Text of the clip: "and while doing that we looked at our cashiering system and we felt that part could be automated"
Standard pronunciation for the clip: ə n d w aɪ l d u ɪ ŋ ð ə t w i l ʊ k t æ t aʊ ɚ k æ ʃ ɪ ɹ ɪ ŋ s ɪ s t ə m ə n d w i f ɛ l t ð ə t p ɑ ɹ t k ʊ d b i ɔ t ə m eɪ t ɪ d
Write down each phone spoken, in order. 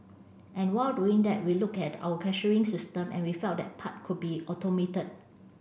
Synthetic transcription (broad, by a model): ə n w aɪ l d u ɪ ŋ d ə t w i l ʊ k ɛ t aʊ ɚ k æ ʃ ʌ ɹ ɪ ŋ s ɪ s t ə m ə n w i f ɛ l t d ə t p ɑ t k ʊ d b i ɔ t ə m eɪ t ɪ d